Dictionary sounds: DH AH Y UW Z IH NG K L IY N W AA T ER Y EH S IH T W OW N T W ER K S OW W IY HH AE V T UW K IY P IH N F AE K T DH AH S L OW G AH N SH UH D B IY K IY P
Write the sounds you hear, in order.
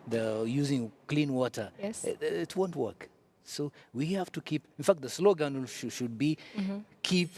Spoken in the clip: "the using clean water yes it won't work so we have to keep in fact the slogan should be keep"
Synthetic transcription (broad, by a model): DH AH Y UW Z IH NG K L IY N W AA T ER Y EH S IH T W OW N T W ER K S OW W IY HH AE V T UW K IY P IH N F AE K T DH AH S L OW G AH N SH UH D B IY K IY P